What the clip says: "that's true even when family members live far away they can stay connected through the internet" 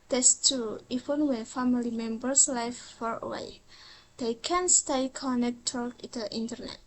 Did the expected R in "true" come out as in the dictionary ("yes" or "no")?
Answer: no